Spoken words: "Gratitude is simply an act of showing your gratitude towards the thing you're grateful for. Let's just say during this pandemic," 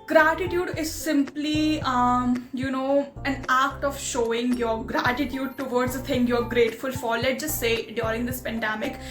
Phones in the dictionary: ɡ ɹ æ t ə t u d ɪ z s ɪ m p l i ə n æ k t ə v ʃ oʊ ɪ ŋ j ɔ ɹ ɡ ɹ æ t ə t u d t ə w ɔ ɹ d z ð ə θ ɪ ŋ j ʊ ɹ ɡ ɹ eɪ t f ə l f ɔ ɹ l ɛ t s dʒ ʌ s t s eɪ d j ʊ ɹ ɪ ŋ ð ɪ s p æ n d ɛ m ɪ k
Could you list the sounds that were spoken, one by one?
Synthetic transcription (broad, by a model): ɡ ɹ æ t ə t u d ɪ z s ɪ m p l i ə n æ k t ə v ʃ oʊ ɪ ŋ j ɔ ɹ ɡ ɹ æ t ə t u d t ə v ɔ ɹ d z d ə t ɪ ŋ j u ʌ ɡ ɹ eɪ t f ə l f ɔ l l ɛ t dʒ ʌ s t s eɪ d j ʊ ɹ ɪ ŋ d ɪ s p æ n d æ m ɪ k